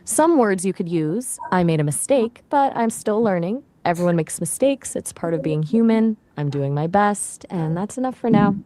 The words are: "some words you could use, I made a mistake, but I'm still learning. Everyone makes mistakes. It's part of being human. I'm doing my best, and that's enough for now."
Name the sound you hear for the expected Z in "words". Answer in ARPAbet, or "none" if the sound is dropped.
Z